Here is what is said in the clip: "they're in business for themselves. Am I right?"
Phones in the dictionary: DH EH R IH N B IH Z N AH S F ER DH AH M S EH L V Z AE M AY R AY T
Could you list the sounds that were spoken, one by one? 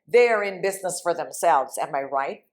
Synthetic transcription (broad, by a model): DH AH R IH N B IH Z N AH S F ER DH AH M S EH L V Z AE M AY R AY T